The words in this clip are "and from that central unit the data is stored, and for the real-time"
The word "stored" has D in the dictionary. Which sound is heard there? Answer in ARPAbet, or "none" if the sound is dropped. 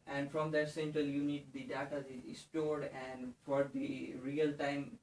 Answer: D